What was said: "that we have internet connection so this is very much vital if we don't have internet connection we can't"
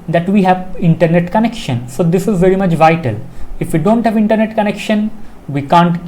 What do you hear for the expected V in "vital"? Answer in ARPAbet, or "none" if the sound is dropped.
V